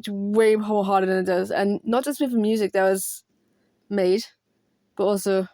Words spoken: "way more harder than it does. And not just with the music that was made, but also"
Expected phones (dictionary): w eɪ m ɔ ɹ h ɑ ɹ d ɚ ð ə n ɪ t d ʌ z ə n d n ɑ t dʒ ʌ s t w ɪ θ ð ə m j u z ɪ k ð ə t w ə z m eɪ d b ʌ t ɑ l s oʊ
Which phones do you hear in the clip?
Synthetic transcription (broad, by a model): w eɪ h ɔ l h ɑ ɹ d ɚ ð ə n ɪ t d ʌ z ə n n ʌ t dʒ ʌ s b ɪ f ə m j u z ɪ k ð ə t w ə z m eɪ d b ʌ t ɑ l s oʊ